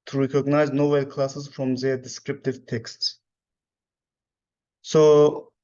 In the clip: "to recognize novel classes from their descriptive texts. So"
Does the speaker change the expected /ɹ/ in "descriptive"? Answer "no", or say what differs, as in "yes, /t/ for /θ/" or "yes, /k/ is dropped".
no